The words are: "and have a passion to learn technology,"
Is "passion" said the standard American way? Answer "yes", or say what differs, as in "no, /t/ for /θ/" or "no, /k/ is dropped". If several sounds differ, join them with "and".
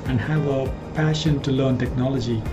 yes